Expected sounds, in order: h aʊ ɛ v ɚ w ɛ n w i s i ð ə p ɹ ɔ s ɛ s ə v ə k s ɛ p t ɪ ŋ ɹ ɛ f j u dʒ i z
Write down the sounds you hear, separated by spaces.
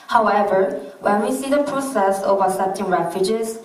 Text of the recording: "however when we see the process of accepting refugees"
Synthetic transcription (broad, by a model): h aʊ ɛ v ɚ w ɛ n w i s i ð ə p ɹ ɔ s ɛ s ə v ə s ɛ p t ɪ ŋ ɹ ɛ f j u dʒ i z